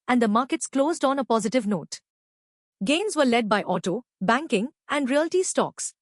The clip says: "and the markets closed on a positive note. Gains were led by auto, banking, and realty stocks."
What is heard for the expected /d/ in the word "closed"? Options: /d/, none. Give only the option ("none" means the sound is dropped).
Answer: /d/